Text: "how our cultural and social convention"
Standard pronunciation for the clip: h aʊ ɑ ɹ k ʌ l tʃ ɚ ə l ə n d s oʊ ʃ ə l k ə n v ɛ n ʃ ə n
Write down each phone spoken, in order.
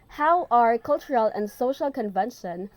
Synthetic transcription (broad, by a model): h aʊ ɑ ɹ k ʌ l tʃ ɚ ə l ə n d s oʊ ʃ ə l k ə n v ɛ n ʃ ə n